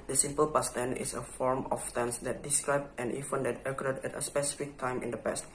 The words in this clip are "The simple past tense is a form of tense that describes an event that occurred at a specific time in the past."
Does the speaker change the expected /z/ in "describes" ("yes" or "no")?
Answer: yes